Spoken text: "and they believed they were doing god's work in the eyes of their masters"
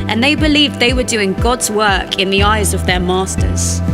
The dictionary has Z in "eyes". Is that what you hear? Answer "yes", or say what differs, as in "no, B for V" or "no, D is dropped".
yes